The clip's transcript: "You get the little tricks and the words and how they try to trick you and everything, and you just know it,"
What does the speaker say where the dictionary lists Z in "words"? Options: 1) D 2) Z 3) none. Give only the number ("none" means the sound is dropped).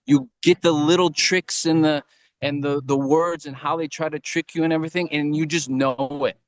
2